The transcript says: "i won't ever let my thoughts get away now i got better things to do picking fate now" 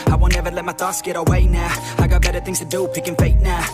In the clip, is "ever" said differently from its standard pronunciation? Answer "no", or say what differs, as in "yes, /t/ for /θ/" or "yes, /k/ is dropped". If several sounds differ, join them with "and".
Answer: no